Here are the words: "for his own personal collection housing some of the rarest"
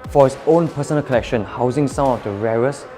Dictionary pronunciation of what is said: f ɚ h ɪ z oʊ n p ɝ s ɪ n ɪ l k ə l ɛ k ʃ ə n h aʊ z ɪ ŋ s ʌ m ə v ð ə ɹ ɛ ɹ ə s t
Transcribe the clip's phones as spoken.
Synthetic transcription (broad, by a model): f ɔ h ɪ s oʊ n p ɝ s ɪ n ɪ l k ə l ɛ k ʃ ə n h aʊ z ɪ ŋ s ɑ ə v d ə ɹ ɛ ɹ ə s